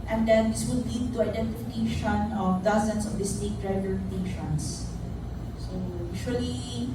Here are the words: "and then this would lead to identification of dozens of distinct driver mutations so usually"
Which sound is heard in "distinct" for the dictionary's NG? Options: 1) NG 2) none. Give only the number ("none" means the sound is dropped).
2